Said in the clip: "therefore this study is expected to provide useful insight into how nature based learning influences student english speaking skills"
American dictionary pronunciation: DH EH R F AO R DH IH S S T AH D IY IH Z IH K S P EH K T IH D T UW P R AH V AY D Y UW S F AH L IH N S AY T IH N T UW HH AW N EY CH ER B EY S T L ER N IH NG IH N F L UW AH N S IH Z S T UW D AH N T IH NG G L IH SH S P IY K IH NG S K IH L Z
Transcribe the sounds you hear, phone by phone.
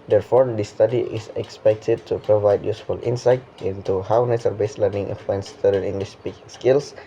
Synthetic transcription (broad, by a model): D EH R F AO R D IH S S T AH D IY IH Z IH K S P EH K T IH D T UW P R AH V AY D Y UW S F AH L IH N S AY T IH N T UW HH AW N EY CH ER B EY S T L ER N IH NG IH F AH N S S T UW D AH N IH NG G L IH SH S P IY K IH NG S K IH L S